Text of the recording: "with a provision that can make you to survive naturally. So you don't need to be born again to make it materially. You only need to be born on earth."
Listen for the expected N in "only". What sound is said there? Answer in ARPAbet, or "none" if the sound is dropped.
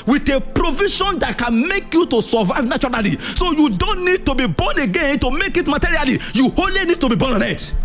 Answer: none